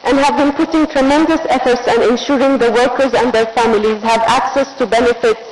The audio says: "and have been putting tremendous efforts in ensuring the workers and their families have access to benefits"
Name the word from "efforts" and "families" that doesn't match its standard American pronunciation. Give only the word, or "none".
none